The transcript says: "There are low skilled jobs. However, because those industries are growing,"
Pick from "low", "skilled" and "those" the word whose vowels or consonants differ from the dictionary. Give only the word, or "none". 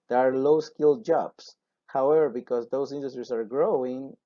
those